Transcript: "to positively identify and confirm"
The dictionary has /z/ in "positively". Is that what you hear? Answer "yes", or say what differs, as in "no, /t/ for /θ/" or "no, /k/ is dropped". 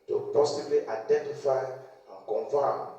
no, /s/ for /z/